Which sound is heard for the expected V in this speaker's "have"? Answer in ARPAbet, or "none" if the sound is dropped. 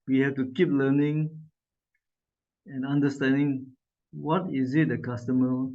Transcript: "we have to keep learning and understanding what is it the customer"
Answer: F